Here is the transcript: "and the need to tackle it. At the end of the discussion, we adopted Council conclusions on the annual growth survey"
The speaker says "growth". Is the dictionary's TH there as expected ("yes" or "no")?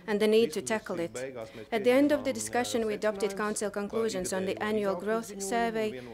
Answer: yes